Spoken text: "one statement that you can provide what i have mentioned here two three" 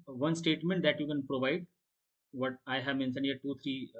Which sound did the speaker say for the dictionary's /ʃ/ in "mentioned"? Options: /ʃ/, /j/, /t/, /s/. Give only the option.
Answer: /s/